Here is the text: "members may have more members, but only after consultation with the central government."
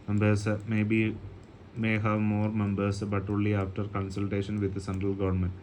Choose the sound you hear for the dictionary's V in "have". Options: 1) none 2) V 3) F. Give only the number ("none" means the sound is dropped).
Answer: 2